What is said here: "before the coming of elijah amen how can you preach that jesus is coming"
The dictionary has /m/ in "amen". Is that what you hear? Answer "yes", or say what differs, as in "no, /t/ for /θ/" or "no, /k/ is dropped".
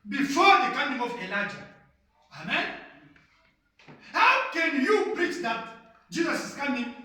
yes